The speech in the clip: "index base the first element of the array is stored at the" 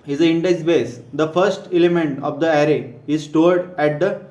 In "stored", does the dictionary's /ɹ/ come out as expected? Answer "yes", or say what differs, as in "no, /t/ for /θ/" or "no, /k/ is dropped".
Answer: yes